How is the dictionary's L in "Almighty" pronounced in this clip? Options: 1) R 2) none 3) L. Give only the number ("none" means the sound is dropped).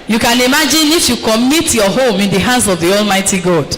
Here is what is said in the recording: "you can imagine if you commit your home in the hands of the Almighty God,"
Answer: 3